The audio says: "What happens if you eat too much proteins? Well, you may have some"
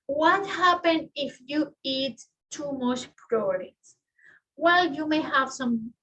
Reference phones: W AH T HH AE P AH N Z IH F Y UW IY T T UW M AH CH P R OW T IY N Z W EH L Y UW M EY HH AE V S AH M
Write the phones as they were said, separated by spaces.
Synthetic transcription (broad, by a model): W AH T HH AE P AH N IH F Y UW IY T T UW M AH CH P R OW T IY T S W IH L Y UW M EY HH AE V S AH M